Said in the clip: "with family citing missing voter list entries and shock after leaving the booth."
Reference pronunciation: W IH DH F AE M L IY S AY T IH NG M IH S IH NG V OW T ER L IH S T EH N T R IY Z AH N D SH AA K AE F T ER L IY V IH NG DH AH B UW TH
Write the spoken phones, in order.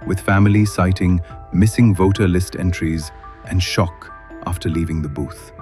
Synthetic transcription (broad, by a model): W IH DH F AE M L IY S AY T IH NG M IH S IH NG V OW T ER L IH S T EH N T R IY Z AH N SH AA K AE F T ER L IY V IH NG DH AH B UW TH